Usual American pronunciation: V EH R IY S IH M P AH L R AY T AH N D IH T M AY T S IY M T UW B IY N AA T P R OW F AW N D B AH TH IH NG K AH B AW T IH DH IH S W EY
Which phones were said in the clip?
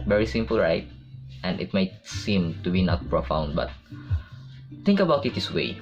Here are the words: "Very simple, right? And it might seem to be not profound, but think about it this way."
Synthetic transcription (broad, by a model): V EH R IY S IH M P AH L R AY T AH N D IH T M AY T S IY M T UW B IY N AA T P R OW F AW N D B AH T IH NG K AH B AW T IH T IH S W EY